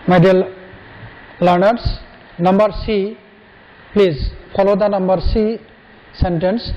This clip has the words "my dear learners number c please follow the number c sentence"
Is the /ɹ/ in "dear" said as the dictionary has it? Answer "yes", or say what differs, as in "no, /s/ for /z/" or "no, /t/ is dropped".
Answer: no, /l/ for /ɹ/